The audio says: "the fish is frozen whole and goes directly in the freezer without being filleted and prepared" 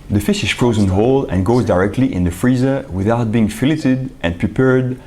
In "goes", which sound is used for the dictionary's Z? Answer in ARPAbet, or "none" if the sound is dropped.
Z